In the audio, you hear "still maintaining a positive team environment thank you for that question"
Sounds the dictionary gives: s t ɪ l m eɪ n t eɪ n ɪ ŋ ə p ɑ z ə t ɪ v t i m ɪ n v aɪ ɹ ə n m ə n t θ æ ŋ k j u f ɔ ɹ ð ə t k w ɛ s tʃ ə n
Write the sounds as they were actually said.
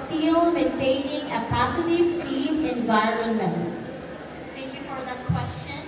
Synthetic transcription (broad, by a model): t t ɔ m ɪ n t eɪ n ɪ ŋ ə p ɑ s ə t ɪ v t i m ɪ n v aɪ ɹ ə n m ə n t t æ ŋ k j u f ɔ ɹ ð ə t k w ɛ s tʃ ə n